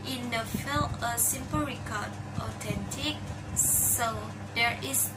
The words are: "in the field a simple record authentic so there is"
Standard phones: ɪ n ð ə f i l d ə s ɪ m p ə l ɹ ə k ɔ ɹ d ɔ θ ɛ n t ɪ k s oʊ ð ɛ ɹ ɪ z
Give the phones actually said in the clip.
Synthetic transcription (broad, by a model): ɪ n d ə f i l ə s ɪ m p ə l ɹ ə k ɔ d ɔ t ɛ n t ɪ k s oʊ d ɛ ɹ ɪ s